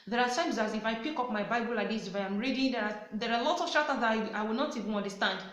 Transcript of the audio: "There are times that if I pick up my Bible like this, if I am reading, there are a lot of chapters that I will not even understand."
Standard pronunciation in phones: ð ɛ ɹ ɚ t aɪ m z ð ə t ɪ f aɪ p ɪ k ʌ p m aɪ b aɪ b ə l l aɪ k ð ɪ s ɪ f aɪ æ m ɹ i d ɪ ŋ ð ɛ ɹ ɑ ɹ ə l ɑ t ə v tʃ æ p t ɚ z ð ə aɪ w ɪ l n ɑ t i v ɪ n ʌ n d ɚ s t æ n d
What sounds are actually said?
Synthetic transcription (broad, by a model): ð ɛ ɹ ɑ t aɪ m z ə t ɪ f aɪ p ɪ k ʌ p m aɪ b aɪ b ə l l aɪ k ð ɪ s ɪ f aɪ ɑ m ɹ i d ɪ ŋ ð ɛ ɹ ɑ ɹ ə l ɑ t ə v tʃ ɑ t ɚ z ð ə aɪ w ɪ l n ɑ t i v ɪ n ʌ n d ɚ s t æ n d